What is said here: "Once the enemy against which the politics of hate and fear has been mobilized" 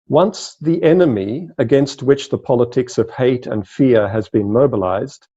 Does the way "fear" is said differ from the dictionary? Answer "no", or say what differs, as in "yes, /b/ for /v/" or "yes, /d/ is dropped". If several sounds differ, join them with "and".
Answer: no